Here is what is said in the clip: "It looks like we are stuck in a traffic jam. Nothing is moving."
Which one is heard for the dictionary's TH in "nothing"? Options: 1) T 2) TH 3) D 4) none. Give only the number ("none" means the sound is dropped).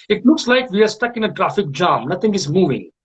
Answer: 1